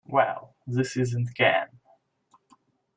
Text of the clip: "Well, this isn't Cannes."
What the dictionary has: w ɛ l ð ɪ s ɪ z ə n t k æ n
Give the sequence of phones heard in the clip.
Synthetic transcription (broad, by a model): w ɛ l ð ɪ s ɪ z ə n t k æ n